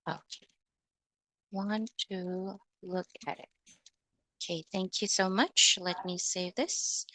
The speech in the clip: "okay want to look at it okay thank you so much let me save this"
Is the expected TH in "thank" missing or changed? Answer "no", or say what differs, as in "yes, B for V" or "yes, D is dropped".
no